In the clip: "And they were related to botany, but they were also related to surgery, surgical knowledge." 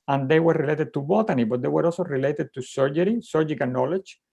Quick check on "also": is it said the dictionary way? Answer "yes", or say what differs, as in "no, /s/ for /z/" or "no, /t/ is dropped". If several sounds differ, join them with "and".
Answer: no, /l/ is dropped